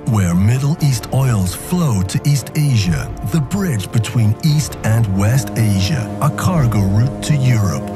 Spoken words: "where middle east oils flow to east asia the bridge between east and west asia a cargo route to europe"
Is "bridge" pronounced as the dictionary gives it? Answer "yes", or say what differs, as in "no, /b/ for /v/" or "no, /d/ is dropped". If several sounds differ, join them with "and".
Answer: yes